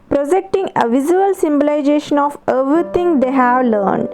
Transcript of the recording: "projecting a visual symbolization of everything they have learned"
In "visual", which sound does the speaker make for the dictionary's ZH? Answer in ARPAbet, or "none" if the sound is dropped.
Z